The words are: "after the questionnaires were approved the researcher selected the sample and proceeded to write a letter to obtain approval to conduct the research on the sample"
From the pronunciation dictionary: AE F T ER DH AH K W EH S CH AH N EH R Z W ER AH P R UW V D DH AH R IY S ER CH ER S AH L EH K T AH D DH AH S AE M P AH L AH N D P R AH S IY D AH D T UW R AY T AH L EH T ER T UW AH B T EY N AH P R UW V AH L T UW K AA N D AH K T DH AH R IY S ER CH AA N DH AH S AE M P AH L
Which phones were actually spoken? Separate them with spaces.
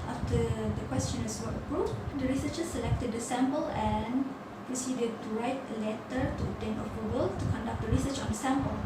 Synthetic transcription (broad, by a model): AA F T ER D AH K W EH S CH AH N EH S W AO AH P R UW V D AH R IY S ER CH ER S AH L EH K T AH D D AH S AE M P AH L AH N P R AH S IY D AH D T UW R AY T AH L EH T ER T UW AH T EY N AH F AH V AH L T UW K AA N D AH K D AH R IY S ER CH AA N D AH S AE M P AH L